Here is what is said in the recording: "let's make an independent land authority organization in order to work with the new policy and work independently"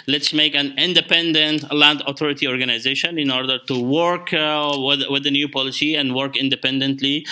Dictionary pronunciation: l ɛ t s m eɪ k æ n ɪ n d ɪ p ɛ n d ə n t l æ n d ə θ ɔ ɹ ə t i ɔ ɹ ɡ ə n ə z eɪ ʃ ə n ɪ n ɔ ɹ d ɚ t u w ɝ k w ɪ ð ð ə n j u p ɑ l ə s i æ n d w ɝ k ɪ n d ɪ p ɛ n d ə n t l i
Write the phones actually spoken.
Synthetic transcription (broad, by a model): l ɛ t s m eɪ k æ n ɪ n d ɪ p ɛ n d ə n t l æ n d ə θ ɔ ɹ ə t i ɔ ɹ ɡ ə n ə z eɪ ʃ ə n ɪ n ɔ ɹ d ɚ t u w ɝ k w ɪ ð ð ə n j u p ɑ l ə s i æ n d w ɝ k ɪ n d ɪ p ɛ n d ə n t l i